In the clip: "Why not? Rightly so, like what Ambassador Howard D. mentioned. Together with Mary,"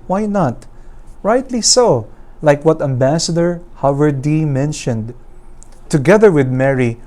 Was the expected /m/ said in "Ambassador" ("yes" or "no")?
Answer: yes